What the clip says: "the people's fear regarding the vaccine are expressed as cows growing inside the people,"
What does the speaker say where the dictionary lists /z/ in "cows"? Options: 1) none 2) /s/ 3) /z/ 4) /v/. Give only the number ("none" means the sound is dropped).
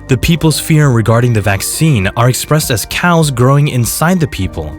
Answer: 3